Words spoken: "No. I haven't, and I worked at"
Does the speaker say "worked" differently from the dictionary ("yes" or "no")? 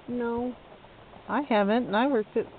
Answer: yes